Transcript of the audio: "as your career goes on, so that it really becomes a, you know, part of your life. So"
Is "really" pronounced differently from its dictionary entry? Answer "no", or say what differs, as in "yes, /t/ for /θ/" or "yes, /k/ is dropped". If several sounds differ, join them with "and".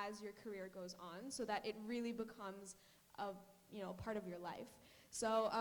no